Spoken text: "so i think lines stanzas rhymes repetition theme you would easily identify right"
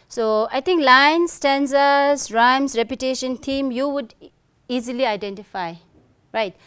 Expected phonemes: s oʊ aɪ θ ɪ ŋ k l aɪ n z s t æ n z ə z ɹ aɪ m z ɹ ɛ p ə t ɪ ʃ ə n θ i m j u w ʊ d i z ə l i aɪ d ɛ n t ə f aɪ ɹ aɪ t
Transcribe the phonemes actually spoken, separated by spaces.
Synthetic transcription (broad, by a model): s oʊ aɪ t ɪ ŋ k l aɪ n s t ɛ n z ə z ɹ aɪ m s ɹ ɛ p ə t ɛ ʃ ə n t i m j u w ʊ d i z ə l i aɪ d ɛ n t ə f aɪ ɹ aɪ t